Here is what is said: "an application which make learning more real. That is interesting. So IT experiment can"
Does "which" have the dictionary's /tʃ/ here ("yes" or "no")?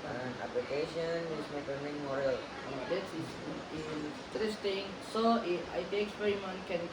no